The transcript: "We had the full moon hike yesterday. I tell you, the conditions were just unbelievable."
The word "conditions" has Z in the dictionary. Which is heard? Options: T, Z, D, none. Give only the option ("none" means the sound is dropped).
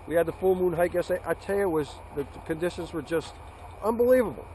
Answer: Z